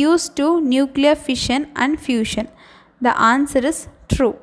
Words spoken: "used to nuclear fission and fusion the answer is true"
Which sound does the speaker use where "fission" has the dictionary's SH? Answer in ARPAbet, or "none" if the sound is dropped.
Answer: SH